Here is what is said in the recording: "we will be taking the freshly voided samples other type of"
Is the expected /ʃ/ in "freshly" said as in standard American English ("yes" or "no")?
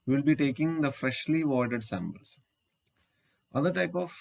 yes